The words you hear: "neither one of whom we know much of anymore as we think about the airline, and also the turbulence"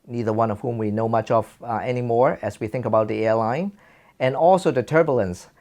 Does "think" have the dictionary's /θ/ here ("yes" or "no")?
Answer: yes